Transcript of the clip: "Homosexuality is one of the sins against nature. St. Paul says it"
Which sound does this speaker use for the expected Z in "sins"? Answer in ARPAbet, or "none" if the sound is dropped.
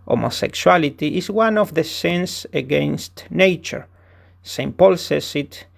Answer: S